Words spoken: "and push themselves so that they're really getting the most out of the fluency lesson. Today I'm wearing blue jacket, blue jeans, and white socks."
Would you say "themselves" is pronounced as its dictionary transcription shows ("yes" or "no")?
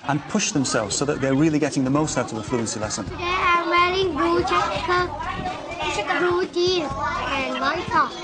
yes